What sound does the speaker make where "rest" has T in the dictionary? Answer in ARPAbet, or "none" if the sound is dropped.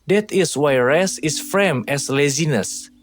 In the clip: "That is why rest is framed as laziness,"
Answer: none